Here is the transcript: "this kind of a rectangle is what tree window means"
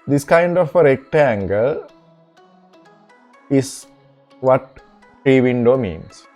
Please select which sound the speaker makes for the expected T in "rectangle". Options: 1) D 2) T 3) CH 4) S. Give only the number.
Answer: 2